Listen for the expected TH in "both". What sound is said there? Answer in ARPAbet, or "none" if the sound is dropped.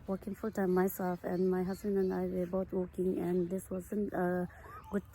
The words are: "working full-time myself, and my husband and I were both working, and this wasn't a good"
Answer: T